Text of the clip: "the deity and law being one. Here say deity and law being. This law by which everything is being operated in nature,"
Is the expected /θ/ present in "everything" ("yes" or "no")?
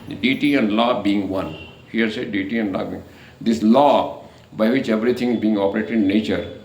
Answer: no